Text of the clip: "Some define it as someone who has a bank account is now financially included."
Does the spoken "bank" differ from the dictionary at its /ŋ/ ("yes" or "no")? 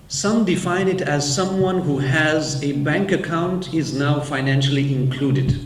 no